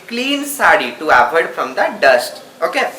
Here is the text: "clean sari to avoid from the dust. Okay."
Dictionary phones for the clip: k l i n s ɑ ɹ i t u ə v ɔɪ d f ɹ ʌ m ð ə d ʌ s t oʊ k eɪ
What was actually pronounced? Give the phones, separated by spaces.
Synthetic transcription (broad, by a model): k l i n s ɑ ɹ i t u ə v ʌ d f ɹ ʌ m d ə d ʌ s t oʊ k eɪ